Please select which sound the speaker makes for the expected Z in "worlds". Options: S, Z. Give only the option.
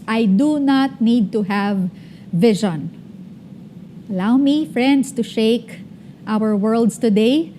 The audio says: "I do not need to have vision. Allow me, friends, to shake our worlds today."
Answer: S